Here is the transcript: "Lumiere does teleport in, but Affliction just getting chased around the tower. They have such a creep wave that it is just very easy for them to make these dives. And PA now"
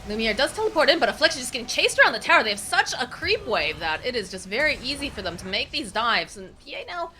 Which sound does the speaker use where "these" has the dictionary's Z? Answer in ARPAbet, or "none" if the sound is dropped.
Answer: Z